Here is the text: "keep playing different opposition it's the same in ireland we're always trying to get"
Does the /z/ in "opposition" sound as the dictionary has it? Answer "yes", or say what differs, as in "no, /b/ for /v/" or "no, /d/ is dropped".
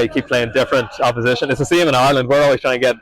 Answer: yes